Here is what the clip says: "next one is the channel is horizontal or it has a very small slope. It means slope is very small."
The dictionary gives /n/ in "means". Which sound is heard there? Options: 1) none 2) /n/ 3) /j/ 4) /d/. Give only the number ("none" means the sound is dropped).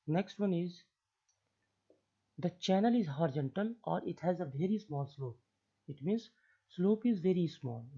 2